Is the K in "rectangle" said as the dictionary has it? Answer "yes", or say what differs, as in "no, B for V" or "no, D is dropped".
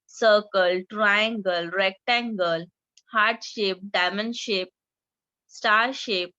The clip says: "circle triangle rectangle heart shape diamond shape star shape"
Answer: yes